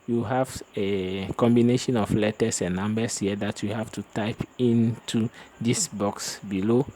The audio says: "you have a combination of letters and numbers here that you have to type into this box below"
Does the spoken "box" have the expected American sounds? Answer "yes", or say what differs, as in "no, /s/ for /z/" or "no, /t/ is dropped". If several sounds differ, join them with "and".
yes